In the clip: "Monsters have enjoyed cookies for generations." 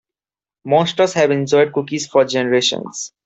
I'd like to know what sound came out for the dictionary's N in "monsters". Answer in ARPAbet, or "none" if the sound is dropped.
none